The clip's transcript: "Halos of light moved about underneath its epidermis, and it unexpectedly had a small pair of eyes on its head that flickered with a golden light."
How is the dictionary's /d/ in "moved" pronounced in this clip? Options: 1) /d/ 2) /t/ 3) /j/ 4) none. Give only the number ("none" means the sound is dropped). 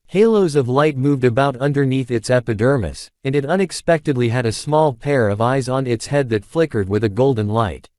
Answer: 1